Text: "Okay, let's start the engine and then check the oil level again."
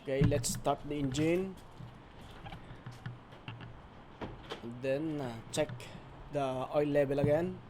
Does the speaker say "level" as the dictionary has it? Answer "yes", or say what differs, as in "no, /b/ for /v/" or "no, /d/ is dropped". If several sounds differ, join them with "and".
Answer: no, /b/ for /v/